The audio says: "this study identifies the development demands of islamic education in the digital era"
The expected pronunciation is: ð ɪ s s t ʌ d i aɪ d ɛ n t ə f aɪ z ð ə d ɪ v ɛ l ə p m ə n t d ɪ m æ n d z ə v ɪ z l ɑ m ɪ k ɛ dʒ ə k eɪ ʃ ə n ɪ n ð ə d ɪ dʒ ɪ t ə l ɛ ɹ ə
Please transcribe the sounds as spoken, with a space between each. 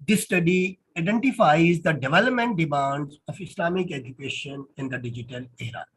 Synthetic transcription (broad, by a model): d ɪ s s t ʌ d i aɪ d ɛ n t ə f aɪ z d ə d ɪ v ɛ l ə p m ə n t d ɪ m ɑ n d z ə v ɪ s l ɑ m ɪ k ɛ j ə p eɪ ʃ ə n ɪ n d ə d ɪ dʒ ɪ t ə l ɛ ɹ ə